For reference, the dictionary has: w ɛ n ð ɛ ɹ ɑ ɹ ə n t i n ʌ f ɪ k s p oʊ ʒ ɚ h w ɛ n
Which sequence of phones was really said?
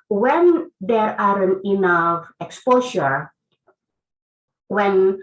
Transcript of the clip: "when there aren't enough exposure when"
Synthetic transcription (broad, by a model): w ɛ n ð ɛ ɹ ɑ ɹ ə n i n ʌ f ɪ k s p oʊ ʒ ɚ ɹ w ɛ n